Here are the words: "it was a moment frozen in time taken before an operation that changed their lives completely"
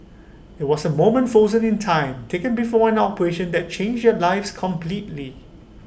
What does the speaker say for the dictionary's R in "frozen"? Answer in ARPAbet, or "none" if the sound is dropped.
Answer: none